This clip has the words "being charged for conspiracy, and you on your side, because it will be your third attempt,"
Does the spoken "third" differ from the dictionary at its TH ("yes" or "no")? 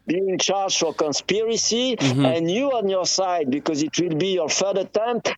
yes